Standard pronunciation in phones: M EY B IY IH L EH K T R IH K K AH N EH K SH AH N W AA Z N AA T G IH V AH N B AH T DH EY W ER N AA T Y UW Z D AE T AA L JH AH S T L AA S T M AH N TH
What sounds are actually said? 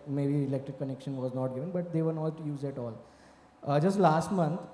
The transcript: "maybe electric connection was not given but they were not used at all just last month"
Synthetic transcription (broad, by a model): M EY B IY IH L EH K T R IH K K AH N EH K SH AH N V AA Z N AA T G IH V AH N B AH T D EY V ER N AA T Y UW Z AE T AA L JH AH S T L AA S T M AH N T